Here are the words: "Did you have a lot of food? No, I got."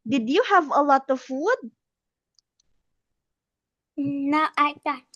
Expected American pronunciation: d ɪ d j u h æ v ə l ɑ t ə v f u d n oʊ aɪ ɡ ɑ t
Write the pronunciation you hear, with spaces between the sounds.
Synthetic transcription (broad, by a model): d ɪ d j u h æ v ə l ɑ t ə v f u d n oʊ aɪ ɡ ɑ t